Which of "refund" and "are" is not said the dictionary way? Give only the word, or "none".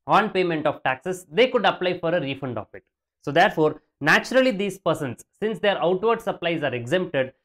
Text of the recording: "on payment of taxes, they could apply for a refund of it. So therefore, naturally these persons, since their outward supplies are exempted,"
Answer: none